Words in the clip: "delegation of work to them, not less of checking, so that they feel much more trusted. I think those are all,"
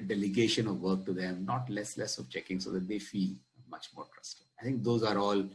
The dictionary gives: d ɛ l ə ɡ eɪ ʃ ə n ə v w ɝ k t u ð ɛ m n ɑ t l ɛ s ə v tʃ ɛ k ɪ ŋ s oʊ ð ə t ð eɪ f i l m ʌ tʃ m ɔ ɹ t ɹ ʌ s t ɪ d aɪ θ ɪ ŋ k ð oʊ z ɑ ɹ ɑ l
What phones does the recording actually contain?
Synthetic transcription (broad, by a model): d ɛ l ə ɡ eɪ ʃ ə n ə v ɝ k t u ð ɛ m n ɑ t l ɛ s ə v tʃ ɛ k ɪ ŋ s oʊ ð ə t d eɪ f i l m ʌ tʃ m ɔ ɹ t ɹ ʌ s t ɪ aɪ t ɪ ŋ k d oʊ z ɑ ɹ ɑ l